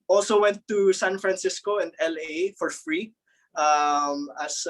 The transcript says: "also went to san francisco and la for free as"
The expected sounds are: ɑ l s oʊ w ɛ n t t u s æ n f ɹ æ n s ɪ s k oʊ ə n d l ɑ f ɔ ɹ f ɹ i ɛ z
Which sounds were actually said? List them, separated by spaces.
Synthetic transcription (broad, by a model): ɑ l s oʊ w ɛ n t t u s æ n f ɹ æ n s ɪ s k oʊ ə n d l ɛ f ɔ ɹ f ɹ i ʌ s